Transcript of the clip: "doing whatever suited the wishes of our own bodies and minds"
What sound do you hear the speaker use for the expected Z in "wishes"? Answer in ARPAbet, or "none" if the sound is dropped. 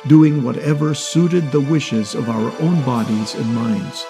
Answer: Z